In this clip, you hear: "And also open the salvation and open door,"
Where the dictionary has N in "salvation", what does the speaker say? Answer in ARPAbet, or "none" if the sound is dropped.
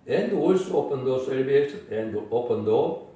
none